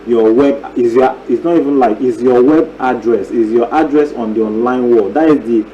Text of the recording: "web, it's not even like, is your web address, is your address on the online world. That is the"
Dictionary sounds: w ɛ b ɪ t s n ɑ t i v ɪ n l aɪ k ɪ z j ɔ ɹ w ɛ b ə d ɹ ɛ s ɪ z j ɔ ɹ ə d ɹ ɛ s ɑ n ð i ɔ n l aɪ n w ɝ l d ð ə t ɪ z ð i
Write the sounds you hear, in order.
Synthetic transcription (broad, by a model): w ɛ b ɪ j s n ɑ t i v ɪ n l aɪ k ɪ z j ɔ w ɛ b ə d ɹ ɛ s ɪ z j ɔ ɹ ə d ɹ ɛ s ɑ n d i ɔ n l aɪ n w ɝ d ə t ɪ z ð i